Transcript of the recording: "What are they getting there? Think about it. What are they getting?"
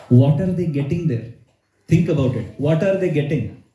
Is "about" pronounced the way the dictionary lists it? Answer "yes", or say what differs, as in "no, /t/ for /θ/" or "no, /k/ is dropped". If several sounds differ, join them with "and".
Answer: yes